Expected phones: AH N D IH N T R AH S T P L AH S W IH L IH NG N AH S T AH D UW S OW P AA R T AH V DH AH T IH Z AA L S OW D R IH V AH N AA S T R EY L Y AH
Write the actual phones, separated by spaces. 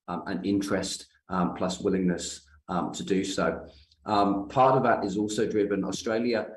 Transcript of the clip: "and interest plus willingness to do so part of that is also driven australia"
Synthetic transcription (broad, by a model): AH N IH N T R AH S T P L AH S W IH L IH NG N AH S T AH D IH S OW P AA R T AH V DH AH T IH Z AA L S OW D R IH V AH N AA S T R EY L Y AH